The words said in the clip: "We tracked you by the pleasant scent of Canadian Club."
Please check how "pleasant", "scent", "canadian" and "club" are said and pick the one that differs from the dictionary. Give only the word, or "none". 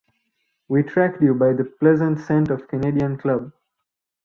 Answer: none